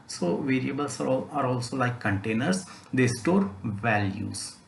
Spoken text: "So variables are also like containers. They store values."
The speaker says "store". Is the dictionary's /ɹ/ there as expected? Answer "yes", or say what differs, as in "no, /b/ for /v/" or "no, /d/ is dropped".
yes